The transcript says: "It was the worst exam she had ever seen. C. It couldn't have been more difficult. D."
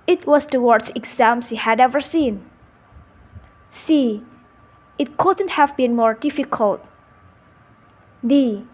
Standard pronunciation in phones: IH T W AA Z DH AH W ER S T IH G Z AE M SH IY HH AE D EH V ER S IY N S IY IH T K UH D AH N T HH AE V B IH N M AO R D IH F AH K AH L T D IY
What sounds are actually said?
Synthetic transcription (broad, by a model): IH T W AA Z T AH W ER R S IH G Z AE M S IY HH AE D EH V ER S IY N S IY IH T K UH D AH N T HH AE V B IH N M AO R D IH F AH K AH L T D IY